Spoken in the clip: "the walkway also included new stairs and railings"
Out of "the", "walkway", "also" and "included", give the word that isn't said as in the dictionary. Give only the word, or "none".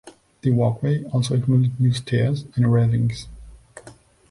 included